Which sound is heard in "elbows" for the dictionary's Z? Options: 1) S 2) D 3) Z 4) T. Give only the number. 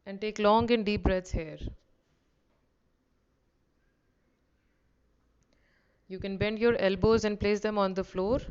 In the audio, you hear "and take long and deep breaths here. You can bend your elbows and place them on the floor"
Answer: 3